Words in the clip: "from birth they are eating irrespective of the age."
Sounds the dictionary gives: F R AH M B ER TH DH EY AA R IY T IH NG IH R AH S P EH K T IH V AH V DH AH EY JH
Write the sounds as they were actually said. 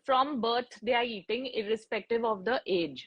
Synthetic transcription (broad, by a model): F R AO M B ER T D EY AA R IY T IH NG IH R AH S P EH K T IH V AH V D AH EY JH